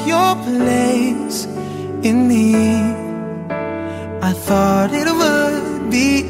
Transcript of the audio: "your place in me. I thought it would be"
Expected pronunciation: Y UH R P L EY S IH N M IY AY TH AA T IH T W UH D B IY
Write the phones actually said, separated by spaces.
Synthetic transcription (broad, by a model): Y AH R P L EY S IH N M IY AY TH AA T IH T W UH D B IY